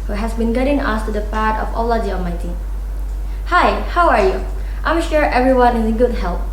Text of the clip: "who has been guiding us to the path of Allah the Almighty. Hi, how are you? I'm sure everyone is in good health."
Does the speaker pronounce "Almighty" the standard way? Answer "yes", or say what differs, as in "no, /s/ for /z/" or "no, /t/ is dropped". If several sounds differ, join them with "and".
no, /l/ is dropped